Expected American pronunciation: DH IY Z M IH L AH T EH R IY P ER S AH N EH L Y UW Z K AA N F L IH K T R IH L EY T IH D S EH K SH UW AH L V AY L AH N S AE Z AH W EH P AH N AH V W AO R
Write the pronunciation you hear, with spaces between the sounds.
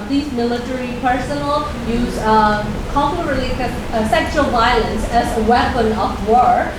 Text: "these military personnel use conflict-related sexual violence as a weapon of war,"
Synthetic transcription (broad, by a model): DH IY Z M IH L AH T EH R IY P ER S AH N L Y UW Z K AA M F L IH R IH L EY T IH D S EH K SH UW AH L V AY L AH N S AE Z AH W EH P AH N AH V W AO R